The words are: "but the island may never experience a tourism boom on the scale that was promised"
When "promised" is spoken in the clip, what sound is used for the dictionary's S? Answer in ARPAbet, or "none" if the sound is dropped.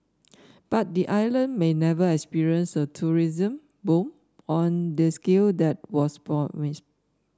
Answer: SH